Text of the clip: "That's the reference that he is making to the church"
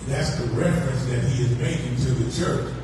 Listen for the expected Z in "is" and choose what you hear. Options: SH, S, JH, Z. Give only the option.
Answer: Z